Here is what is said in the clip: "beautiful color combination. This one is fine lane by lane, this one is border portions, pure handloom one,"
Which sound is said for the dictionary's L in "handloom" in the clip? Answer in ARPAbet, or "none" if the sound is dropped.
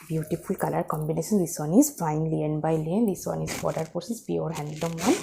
none